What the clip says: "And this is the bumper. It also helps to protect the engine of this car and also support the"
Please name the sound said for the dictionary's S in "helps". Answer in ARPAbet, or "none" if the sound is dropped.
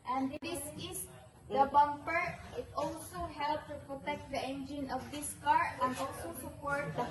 none